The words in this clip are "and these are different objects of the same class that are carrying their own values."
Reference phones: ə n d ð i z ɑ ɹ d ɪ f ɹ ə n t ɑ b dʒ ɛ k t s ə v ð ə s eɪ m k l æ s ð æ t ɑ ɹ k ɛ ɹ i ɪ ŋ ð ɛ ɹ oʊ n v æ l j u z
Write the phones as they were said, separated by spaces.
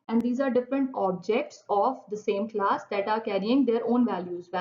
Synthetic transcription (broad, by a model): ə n d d i z ɑ ɹ d ɪ f ɹ ə n t ɑ b dʒ ɛ k t s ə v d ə s eɪ m k l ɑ s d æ t ɑ ɹ k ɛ ɹ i ɪ ŋ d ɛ ɹ oʊ n v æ l j u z